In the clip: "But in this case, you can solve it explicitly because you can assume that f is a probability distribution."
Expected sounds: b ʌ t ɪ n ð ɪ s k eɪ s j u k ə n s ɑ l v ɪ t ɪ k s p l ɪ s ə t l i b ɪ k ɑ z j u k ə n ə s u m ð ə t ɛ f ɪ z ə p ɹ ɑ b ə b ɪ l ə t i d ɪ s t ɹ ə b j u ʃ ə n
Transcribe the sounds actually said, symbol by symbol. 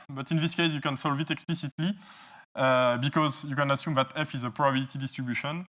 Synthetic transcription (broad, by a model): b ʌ t ɪ n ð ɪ s k eɪ s j u k ə n s ɑ l v ɪ t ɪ k s p l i s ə t l i b ɪ k ɑ z j u k ə n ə s u m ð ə t ɛ f ɪ z ə p ɹ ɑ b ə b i l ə t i d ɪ s t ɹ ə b j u ʃ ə n